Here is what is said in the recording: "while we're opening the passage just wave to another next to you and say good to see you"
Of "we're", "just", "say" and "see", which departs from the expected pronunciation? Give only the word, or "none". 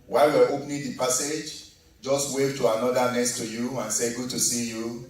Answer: we're